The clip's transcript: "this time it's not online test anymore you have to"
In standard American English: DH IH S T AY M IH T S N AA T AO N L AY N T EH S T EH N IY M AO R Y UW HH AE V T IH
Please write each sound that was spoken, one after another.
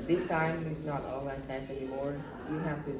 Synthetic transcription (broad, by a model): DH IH S T AY M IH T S N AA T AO L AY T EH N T EH N IY M AO R Y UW HH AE F T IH